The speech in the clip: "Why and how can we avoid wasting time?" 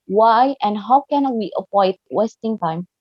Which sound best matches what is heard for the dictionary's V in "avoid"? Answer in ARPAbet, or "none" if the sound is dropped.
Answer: P